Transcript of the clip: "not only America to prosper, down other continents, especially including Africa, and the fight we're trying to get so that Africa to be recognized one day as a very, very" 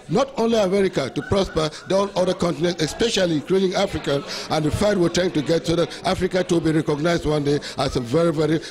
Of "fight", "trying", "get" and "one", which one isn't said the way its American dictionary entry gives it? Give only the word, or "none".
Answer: trying